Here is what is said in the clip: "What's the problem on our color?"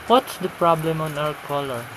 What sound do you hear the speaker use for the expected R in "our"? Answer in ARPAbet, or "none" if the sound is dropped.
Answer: W